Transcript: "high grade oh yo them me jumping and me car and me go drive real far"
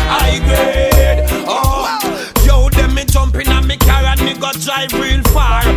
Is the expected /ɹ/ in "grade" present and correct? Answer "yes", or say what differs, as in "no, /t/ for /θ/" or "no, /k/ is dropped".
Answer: no, /ɹ/ is dropped